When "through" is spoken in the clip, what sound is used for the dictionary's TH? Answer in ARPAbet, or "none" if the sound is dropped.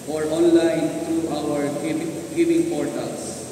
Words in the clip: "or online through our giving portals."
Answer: T